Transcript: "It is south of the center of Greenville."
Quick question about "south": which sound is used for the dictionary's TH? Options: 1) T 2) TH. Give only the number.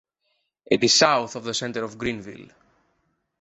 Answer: 2